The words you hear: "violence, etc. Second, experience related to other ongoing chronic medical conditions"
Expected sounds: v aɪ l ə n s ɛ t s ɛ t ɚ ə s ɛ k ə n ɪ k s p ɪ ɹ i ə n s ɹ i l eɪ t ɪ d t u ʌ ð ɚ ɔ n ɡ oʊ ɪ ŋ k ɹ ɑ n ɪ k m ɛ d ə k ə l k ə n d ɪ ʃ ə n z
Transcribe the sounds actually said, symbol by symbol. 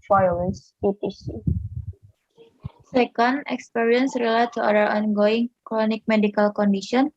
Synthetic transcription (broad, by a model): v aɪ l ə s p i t i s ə s ɛ k ə n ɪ k s p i ɹ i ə n s ɹ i l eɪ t t u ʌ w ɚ ɔ n ɡ oʊ ɪ ŋ k ɹ ɑ n ɪ k m ɛ d ə k ə l k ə n d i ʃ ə n